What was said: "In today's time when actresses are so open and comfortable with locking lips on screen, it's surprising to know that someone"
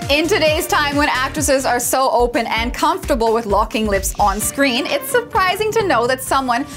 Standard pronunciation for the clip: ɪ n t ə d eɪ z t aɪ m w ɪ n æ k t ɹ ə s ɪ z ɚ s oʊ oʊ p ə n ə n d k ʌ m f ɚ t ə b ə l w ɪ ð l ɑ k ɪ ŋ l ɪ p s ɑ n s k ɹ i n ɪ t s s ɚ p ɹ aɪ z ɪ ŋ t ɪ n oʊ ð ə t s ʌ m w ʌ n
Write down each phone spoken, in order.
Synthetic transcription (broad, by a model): ɪ n t ə d eɪ z t aɪ m w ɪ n æ k t ɹ ə s ɪ z ɚ s oʊ oʊ p ə n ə n k ʌ m f t ə b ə l w ɪ ð l ɑ k ɪ ŋ l ɪ p s n s k ɹ i n ɪ t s s ɚ p ɹ aɪ z ɪ ŋ t ɪ n oʊ ð ə t s ʌ m w ʌ n